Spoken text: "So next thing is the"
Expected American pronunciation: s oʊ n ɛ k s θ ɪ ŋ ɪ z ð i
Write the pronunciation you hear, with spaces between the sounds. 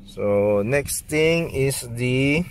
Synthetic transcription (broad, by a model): s oʊ n ɛ k s t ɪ ŋ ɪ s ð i